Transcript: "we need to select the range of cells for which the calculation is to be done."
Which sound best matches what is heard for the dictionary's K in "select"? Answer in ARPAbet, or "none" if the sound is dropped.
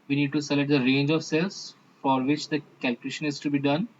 none